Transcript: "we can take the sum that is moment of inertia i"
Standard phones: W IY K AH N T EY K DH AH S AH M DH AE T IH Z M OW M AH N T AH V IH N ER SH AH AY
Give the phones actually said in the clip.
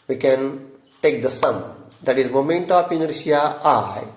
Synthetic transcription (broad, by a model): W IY K AH N T EY K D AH S AH M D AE T IH Z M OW M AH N T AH P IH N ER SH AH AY